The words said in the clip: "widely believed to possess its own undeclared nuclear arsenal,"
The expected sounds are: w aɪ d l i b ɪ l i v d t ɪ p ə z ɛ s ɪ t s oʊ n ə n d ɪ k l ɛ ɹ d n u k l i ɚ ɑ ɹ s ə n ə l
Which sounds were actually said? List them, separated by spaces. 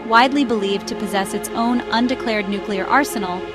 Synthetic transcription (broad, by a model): w aɪ d l i b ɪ l i v t ɪ p ə z ɛ s ɪ t s oʊ n ə n d ɪ k l ɛ ɹ d n u k l i ɚ ɑ ɹ s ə n l